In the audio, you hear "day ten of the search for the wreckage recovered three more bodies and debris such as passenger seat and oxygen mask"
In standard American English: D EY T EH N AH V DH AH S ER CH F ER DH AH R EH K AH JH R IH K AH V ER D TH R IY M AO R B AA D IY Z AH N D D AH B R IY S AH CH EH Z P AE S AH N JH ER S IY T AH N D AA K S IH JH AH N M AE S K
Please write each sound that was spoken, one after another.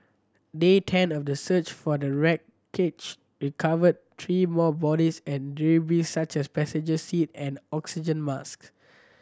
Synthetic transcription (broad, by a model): D EY T EH N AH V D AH S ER CH F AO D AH R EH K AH CH R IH K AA V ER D T R IY M AO B AA D IY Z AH N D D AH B IY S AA CH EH S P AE S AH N JH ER S IY T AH N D AA K S IH JH AH N M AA S K